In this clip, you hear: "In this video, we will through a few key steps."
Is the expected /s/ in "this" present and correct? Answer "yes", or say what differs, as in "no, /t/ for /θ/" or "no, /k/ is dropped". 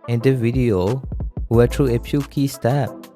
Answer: no, /s/ is dropped